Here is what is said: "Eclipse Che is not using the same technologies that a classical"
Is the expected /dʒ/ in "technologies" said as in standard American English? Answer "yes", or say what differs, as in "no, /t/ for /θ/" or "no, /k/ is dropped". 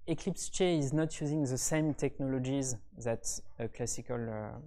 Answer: yes